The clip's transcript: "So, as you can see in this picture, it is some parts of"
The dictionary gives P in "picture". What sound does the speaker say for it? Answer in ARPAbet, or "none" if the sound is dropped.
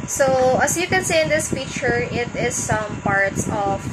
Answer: F